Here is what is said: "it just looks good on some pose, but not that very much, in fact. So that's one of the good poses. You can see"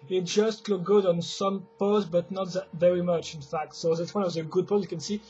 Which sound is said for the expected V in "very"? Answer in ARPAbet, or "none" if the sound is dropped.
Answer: V